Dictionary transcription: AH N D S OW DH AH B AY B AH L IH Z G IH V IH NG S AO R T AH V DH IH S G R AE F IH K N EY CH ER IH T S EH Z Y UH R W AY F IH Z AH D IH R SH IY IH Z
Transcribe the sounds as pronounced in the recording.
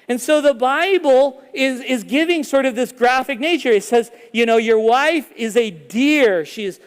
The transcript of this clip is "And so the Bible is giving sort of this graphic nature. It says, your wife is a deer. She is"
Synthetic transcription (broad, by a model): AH N S OW DH AH B AY B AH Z IH Z G IH V IH NG S AO R T AH V DH IH S G R AE F IH K N EY CH ER IH T S EH Z Y UH R W AY F IH Z AH D IH R SH IY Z